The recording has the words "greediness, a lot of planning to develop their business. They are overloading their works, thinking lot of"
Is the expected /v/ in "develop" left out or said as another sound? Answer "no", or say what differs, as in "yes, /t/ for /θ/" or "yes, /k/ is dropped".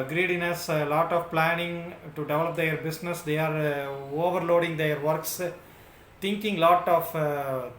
no